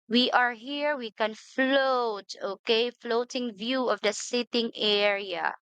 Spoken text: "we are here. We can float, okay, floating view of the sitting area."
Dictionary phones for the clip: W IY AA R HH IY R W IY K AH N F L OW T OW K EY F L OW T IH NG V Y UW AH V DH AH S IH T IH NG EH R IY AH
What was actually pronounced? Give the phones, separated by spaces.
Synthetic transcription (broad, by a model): W IY AA R HH IY R W IY K AH N F L OW T OW K EY F L OW T IH NG V Y UW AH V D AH S IH T IH NG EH R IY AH